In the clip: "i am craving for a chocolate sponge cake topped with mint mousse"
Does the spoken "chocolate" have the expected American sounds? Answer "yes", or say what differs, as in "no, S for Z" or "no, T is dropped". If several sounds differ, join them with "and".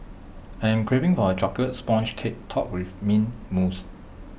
no, L is dropped